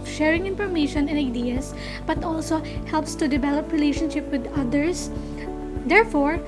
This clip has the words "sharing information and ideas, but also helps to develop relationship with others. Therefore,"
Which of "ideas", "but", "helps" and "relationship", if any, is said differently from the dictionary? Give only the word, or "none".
ideas